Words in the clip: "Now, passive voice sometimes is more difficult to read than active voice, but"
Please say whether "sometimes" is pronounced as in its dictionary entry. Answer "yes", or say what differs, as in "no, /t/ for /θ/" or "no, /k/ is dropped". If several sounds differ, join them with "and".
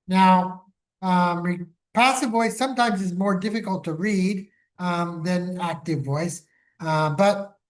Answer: yes